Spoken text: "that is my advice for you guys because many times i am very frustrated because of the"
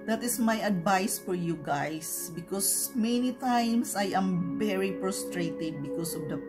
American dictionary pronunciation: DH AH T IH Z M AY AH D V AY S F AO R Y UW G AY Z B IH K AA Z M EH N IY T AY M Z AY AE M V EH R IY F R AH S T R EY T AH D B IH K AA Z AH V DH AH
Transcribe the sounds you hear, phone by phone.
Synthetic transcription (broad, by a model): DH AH T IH S M AY AH D V AY S F AO R Y UW G AY S B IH K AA S M EH N IY T AY M S AY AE M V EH R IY P R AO S T R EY T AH D B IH K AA S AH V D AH